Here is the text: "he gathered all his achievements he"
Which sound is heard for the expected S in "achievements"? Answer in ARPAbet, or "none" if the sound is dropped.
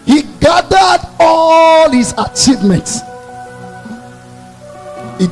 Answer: S